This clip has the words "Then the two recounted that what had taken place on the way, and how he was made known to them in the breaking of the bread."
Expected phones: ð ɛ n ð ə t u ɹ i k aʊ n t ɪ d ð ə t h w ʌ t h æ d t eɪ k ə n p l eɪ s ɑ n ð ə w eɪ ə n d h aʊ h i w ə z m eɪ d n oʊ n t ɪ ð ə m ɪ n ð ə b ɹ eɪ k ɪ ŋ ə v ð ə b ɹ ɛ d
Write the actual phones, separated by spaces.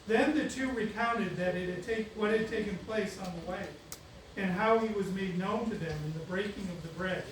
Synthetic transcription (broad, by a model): ð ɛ n ð ə t u ɹ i k aʊ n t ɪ d ð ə t h w ʌ t h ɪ d t eɪ k ə n p l eɪ s n ð ə w eɪ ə n h aʊ i w ə z m eɪ d n oʊ n t ɪ ð ə m ɪ n ð ə b ɹ eɪ k ɪ ŋ ə v ð ə b ɹ ɛ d